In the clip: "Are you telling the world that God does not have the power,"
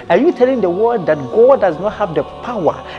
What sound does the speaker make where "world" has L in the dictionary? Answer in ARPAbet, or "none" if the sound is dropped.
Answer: none